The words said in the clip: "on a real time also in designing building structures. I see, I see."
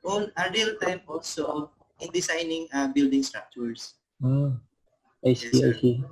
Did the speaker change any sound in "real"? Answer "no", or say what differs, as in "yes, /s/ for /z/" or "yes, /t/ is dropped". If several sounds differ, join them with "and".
no